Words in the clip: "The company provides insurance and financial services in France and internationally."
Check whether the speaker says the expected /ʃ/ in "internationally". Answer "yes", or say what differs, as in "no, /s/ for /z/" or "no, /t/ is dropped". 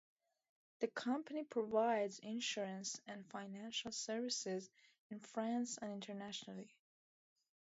yes